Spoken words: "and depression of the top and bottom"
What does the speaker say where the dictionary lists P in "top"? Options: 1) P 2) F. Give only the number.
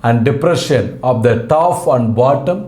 2